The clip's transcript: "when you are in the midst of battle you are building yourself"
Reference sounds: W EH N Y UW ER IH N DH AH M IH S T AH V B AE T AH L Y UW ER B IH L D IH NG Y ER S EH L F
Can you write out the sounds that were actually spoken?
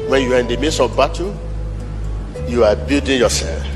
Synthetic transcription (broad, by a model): W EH N Y UW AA IH N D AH M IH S AH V B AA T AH Y UW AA B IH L D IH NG Y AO S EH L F